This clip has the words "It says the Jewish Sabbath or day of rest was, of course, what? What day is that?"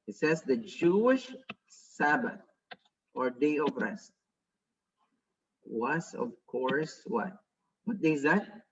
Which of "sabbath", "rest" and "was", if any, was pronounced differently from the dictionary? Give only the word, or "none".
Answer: was